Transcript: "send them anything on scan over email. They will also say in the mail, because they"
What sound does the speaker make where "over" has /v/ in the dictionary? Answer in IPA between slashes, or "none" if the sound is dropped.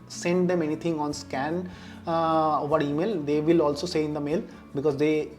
/v/